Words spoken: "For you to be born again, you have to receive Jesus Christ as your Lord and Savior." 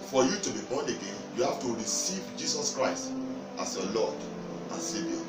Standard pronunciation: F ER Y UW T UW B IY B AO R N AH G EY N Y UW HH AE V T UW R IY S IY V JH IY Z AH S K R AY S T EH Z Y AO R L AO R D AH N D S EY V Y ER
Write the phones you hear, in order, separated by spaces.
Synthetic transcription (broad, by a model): F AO Y UW T UW B IY B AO N AH G EY N Y UW HH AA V T UW R IY S IY V JH IY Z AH S K R AY S T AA S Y AO L AO D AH N S EY V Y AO